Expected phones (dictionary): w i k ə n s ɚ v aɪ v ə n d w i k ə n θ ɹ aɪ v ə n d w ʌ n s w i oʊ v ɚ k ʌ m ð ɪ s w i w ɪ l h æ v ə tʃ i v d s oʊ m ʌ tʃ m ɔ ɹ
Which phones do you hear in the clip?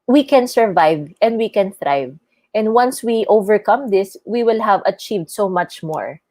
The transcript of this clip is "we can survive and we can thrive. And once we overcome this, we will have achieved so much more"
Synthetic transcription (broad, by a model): w i k ə n s ɚ v aɪ v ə n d w i k ə n θ ɹ aɪ v ə n d w ʌ n s w i oʊ v ɚ k ʌ m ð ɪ s w i w ɪ l h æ v ə tʃ i v d s oʊ m ʌ tʃ m ɔ ɹ